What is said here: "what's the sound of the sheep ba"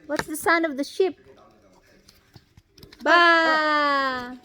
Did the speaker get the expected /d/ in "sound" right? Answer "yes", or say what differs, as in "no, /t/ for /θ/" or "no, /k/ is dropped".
no, /d/ is dropped